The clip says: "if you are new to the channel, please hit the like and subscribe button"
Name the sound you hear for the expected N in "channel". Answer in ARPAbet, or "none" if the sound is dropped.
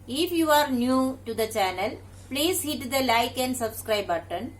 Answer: N